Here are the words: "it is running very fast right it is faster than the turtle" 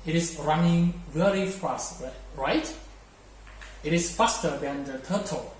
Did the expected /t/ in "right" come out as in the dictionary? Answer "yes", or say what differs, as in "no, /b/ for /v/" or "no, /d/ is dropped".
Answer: yes